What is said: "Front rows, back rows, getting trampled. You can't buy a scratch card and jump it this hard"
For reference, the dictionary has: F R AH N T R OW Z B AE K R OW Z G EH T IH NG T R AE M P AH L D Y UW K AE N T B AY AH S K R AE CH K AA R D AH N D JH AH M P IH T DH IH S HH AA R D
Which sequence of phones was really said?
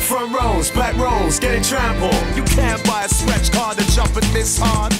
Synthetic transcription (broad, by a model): F R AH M R OW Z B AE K R OW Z G EH T IH NG T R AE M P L Y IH K AE N B AY AH S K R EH CH K AA R D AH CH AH P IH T DH IH S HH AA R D